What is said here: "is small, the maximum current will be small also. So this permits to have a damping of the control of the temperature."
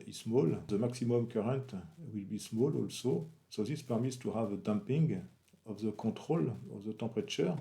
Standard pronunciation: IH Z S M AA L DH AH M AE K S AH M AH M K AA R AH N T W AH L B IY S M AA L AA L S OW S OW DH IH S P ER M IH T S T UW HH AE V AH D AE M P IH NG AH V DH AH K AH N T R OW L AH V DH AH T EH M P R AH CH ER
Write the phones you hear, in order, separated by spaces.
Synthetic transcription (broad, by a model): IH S M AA L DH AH M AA K S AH M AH M K AA R AH N T W AH L B IY S M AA L AA L S OW S OW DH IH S P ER M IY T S T UW HH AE V AH D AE M P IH NG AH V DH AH K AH T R OW L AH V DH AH T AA P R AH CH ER